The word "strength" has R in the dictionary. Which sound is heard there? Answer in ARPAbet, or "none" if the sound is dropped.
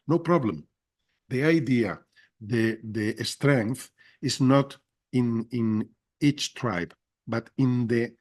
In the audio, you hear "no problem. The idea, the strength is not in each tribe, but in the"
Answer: R